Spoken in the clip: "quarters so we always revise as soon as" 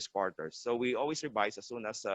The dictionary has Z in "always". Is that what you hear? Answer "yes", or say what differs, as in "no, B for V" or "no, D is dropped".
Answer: no, S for Z